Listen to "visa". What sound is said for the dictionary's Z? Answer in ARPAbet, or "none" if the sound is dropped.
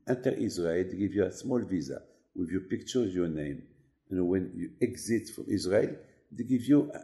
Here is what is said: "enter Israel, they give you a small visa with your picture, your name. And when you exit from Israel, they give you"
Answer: Z